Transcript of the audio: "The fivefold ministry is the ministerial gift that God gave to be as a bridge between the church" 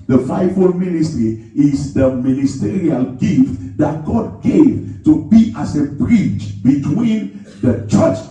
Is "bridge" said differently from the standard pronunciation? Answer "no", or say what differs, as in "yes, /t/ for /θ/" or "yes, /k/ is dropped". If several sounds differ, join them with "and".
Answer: yes, /tʃ/ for /dʒ/